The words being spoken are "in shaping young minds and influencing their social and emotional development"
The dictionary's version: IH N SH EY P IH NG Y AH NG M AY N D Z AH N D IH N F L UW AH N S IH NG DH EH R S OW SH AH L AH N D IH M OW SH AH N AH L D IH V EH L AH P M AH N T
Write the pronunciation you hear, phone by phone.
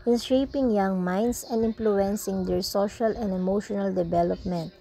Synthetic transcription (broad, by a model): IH N SH EY P IH NG Y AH NG M AY N D S AH N D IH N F L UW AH N S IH NG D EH R S OW SH AH L AH N D IH M OW SH AH N AH L D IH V EH L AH P M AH N T